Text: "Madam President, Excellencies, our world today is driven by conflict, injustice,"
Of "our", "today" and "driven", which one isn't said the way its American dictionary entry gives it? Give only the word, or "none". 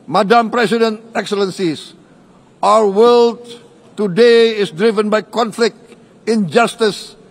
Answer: our